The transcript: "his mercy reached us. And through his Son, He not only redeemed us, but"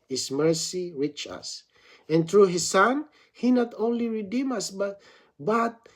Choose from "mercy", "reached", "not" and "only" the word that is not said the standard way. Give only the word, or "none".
reached